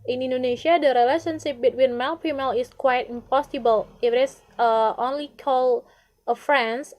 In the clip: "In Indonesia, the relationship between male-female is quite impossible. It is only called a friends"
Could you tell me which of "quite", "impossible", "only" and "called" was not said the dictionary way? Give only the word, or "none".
called